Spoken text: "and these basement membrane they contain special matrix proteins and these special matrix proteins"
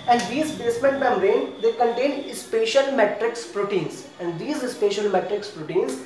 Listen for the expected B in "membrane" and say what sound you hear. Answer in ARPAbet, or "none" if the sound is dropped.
none